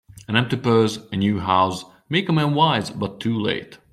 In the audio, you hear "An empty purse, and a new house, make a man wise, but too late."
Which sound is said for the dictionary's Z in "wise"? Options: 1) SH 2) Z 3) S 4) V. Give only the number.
2